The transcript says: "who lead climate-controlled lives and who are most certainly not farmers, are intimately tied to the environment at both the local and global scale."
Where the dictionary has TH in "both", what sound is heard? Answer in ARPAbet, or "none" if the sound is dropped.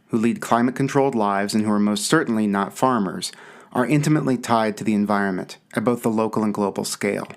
TH